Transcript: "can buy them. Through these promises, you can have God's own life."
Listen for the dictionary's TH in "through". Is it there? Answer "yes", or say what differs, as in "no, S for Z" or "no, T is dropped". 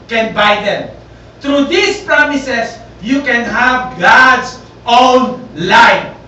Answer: no, T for TH